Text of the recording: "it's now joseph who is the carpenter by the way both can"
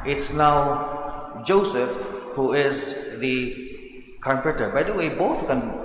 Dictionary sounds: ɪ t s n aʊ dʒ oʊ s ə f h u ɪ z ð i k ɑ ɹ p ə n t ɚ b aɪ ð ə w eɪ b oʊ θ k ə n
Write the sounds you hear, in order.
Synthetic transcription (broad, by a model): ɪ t s n aʊ dʒ oʊ s ə f h u ɪ z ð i k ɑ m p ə t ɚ b aɪ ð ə w eɪ b oʊ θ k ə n